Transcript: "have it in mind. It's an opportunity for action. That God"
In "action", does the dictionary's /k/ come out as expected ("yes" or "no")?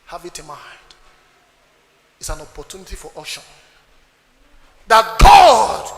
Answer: no